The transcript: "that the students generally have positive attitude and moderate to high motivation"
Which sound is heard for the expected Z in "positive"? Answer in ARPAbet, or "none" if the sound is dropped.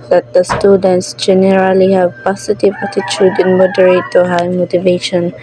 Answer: S